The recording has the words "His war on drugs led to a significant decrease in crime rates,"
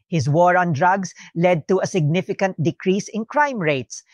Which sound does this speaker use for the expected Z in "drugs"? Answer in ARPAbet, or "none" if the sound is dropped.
S